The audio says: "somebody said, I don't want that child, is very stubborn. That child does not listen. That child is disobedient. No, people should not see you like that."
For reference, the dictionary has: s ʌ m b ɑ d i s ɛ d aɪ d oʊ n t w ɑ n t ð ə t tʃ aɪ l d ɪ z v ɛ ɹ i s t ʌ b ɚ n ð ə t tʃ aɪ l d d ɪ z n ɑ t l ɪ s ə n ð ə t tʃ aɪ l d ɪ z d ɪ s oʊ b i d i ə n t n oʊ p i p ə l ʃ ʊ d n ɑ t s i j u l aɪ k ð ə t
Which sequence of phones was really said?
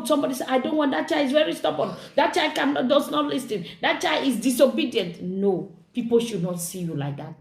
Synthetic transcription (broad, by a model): s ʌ m b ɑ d i s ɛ aɪ d oʊ n t w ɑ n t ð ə t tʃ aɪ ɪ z v ɛ ɹ i s t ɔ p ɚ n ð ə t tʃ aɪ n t d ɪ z n ɑ t l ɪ s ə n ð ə t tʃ aɪ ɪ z d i s oʊ b i d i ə n t n oʊ p i p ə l ʃ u d n ɑ t s i j u l aɪ k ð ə t